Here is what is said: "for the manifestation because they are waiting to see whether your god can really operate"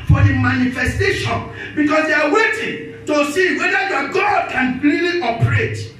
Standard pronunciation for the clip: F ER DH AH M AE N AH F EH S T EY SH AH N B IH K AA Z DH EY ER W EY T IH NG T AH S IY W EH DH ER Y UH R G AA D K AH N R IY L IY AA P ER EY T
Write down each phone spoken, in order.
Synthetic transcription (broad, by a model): F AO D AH M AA N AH F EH S T EY SH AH N B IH K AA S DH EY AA W EY T IH NG T AH S IY W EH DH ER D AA G AA D K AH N L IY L IY AA P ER EY T